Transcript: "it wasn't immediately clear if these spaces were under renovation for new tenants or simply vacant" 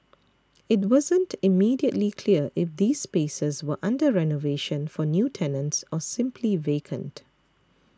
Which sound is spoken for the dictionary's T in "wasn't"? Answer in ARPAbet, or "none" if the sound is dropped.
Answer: T